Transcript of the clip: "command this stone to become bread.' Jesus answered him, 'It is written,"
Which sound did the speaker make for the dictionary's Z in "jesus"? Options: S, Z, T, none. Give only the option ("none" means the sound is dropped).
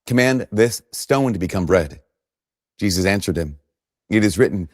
Z